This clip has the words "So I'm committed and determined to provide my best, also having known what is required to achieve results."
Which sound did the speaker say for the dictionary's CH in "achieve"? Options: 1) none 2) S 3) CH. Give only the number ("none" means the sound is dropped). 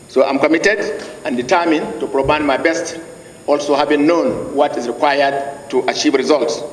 3